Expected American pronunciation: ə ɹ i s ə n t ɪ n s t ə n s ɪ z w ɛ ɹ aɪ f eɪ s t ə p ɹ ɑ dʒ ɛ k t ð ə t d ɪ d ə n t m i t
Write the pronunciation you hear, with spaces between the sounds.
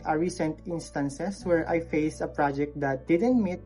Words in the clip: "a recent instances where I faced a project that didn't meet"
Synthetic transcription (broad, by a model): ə ɹ i s ə n t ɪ n s t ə n s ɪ s w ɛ ɹ aɪ f eɪ s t ə p ɹ ɑ dʒ ɛ k t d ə t d ɪ d ə n t m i t